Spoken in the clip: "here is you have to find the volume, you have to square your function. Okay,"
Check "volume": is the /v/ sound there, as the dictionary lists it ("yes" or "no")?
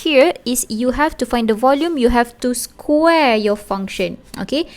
yes